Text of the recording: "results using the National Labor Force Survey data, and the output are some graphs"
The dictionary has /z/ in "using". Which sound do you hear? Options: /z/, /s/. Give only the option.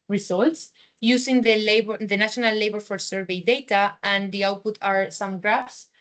/s/